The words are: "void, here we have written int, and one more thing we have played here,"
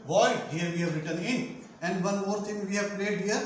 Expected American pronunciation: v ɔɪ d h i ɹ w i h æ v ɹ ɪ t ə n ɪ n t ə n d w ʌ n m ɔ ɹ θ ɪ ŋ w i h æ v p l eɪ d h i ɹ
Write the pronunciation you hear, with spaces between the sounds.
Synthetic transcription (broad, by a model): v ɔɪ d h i ɹ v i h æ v ɹ ɪ t ə n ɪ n ə n d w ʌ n m ɔ ɹ t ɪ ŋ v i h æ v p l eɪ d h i ɹ